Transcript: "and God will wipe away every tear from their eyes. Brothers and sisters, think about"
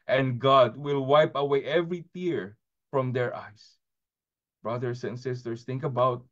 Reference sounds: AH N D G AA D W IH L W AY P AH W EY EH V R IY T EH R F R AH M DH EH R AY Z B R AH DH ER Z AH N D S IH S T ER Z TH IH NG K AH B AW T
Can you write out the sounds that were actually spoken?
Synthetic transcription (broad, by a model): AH N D G AA D W IH L W AY P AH W EY EH V R IY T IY R F R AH M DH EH R AY S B R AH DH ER S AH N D S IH S T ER S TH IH NG K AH B AW T